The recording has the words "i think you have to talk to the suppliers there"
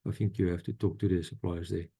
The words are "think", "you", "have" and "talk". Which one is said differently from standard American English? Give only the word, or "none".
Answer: have